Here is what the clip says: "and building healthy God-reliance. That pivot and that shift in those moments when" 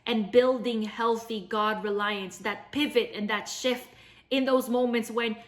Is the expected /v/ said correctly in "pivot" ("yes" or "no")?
yes